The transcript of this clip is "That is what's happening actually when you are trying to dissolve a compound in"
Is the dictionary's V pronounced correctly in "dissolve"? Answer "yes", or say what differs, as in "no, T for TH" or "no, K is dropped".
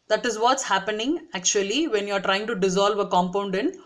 yes